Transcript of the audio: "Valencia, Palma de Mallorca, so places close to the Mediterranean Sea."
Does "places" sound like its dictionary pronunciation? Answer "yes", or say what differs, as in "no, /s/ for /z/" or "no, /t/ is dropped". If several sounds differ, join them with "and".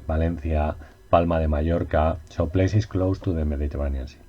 no, /s/ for /z/